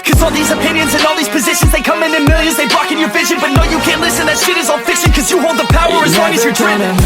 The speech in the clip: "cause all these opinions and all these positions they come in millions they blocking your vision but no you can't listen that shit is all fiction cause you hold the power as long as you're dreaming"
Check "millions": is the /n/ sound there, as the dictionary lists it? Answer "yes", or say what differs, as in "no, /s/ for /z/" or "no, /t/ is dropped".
no, /n/ is dropped